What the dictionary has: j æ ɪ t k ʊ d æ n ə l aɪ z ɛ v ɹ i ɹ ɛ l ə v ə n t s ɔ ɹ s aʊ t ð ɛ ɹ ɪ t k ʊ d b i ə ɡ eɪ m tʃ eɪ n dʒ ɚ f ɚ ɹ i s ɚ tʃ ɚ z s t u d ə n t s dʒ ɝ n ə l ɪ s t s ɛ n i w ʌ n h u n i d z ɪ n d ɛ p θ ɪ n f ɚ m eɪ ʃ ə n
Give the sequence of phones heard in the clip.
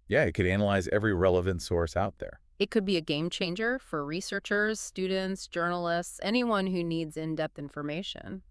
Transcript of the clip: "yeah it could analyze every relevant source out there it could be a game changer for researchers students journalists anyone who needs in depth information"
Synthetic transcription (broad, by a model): j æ ɪ t k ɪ d æ n ə l aɪ z ɛ v ɹ i ɹ ɛ l ə v ə n t s ɔ ɹ s aʊ t ð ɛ ɹ ɪ t k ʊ d b i ə ɡ eɪ m tʃ eɪ n dʒ ɚ f ɚ ɹ i s ɚ tʃ ɚ z s t u d n t s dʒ ɝ n l ɪ s t s ɛ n i w ʌ n h u n i d z ɪ n d ɛ p θ ɪ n f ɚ m eɪ ʃ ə n